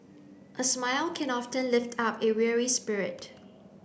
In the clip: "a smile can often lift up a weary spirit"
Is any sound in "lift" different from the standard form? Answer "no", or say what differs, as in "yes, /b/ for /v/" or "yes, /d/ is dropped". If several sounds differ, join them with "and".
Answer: no